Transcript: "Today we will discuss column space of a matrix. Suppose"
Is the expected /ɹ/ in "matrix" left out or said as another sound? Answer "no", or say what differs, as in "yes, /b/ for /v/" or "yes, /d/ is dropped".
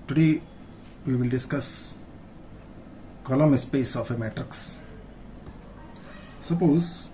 no